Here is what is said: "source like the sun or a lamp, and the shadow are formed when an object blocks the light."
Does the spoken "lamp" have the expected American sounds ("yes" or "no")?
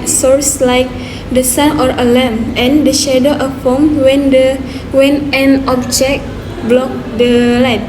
no